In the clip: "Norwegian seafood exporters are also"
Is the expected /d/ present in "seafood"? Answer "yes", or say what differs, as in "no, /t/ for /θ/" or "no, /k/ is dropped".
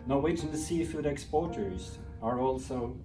yes